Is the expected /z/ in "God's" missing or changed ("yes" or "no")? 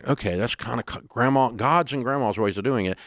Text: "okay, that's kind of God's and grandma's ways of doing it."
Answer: no